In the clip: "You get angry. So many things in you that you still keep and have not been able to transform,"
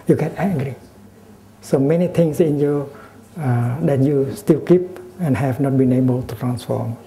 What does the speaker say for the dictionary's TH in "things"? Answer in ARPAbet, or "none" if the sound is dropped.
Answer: T